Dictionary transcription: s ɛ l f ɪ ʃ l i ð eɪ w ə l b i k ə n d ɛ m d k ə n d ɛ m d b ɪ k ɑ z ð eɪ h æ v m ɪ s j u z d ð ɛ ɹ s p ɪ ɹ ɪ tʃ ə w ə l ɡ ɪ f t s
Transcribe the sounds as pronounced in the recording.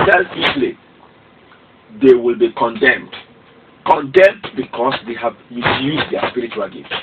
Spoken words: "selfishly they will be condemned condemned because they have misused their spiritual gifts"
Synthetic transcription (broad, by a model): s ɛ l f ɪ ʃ l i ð eɪ w ə l b i k ə n d ɛ m d k ə n d ɛ m d b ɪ k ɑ s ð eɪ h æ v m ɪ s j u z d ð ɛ s p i ɹ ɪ tʃ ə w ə l ɡ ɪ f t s